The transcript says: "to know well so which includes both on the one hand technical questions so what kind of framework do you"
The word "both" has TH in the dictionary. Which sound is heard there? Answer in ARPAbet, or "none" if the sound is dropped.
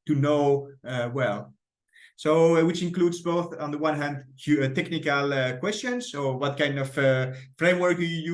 TH